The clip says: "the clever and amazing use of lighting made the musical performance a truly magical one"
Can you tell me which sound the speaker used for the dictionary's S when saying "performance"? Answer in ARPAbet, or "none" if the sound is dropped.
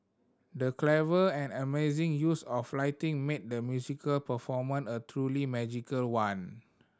none